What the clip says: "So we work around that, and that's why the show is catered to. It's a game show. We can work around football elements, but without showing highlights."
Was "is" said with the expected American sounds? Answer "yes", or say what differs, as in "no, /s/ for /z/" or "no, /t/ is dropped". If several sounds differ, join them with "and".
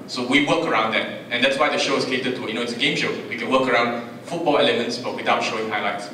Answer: no, /s/ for /z/